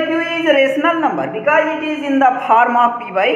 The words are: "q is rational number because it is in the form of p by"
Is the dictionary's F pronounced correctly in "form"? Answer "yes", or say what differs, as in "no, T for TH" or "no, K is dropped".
no, P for F